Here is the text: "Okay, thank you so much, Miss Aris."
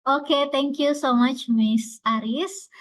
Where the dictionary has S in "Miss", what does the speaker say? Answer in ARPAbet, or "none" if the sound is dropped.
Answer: S